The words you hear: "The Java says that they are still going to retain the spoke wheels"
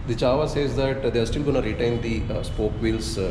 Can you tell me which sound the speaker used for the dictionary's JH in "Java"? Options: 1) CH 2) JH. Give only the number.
1